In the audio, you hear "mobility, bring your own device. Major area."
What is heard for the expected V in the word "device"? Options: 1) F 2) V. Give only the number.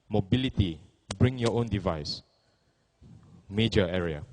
2